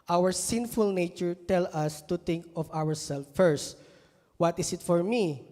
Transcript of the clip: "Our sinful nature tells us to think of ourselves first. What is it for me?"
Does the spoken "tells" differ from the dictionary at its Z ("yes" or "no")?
yes